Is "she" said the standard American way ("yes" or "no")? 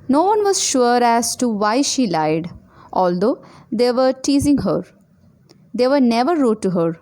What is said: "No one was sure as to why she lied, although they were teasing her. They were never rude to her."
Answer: yes